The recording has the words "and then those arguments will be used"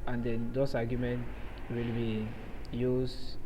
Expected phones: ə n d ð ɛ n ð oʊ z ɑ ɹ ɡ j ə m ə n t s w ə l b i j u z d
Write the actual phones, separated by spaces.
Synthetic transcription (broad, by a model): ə n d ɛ n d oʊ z ɑ ɡ j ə m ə n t w ə l b i j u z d